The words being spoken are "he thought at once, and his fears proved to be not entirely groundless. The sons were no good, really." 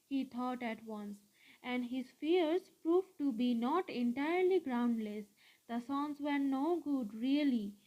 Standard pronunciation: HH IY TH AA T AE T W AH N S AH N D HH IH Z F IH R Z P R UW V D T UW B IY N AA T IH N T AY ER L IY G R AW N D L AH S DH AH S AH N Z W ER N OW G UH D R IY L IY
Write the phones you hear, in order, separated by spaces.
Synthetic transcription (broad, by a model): HH IY T AA T AE T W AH N S AH N D HH IH Z F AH R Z P R UW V T UW B IY N AA T IH N T AY ER L IY G R AW N D L AH S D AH S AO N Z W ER N OW G UH D R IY L IY